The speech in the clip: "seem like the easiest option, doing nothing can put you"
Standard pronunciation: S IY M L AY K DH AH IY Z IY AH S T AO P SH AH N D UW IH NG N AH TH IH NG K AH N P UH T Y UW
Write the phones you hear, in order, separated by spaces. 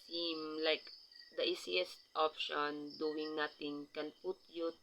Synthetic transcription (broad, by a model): S IY M L AY K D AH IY S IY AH S T AO P SH AH N D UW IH NG N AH T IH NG K AH N P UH T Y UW